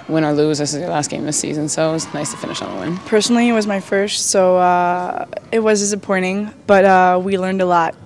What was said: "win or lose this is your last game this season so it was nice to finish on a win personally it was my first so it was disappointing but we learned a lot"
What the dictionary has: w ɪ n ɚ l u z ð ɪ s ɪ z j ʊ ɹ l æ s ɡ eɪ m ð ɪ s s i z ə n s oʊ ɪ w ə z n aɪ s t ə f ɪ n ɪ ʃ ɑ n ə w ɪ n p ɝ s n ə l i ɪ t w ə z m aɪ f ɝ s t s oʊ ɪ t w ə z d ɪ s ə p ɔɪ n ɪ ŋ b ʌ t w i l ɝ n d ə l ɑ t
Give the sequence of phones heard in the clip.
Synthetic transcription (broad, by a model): w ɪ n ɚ l u z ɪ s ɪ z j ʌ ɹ l æ s ɡ eɪ m ð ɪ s s i z ə n s oʊ ɪ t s n aɪ s t ə f ɪ n ɪ ʃ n ə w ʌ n p ɝ s n l i ɪ t w ə z m aɪ f ɝ s t s oʊ ɪ t w ə z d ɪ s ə p ɔɪ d ɪ ŋ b ʌ t w i l ɝ n d ə l ɑ t